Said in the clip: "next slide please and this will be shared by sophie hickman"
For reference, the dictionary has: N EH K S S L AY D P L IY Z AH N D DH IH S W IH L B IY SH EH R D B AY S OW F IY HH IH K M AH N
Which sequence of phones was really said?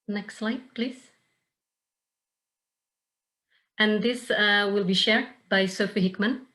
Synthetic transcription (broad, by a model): N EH K S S L AY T P L IY Z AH N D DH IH S W IH L B IY SH EH R D B AY S OW F IY HH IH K M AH N